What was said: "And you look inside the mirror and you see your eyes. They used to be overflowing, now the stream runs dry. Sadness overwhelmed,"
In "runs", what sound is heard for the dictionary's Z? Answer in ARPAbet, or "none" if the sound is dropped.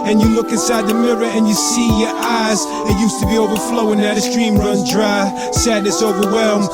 none